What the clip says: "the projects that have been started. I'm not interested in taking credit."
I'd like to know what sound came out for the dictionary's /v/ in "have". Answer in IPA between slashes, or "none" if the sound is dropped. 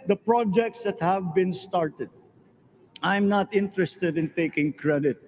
/v/